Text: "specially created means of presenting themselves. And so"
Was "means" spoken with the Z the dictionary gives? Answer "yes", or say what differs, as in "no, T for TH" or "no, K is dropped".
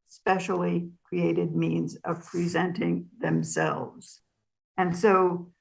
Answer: yes